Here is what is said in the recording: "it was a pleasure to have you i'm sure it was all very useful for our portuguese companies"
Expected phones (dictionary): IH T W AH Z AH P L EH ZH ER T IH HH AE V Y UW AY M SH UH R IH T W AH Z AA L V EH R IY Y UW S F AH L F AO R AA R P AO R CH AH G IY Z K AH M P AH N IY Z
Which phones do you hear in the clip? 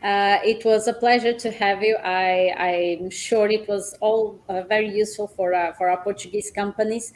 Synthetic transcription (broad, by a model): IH T W AH Z AH P L EH ZH ER T IH HH AE V Y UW AY M SH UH R IH T W AH Z AA L V EH R IY Y UW S F AH L F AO R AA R P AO R CH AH G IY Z K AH M P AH N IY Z